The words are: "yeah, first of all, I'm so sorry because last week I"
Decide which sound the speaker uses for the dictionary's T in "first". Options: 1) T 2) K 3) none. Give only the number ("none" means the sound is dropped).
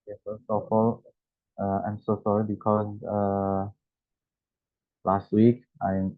3